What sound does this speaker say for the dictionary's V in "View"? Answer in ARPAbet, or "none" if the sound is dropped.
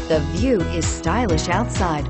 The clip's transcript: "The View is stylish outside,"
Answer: V